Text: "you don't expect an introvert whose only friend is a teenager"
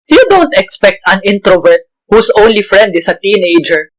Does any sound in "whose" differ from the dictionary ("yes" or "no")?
yes